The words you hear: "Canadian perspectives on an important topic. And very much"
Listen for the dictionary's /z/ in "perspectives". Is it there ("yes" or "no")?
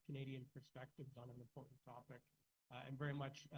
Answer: yes